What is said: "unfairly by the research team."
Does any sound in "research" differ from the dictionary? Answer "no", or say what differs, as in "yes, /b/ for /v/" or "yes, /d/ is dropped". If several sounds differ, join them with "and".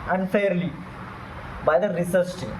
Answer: yes, /s/ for /tʃ/